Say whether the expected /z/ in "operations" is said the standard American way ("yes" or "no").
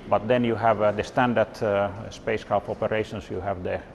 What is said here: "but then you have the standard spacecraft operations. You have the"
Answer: no